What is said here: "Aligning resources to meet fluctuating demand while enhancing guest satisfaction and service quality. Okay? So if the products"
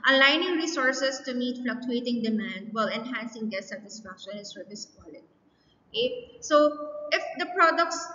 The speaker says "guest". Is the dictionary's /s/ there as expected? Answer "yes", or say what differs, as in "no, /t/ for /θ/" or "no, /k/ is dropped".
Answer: no, /s/ is dropped